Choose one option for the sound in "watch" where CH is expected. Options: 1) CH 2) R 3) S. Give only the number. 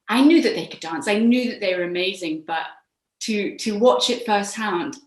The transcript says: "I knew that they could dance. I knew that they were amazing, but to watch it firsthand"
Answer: 1